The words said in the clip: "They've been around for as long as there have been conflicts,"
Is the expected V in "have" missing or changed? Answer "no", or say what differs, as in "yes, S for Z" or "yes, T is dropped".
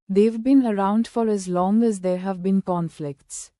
no